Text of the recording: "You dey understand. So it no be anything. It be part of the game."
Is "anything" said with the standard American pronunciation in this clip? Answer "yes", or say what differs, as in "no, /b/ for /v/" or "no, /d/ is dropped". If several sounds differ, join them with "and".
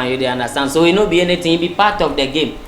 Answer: no, /t/ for /θ/